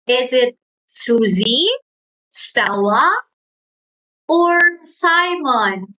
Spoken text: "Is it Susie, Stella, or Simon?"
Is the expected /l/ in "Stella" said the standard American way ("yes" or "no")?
no